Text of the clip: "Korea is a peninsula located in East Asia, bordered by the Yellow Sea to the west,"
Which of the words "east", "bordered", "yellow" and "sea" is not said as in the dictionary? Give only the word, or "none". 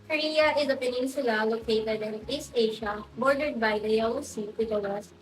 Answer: yellow